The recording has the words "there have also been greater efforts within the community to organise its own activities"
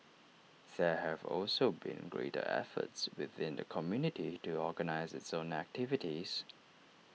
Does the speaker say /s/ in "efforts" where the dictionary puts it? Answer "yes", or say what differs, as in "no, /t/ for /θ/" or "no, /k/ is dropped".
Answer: yes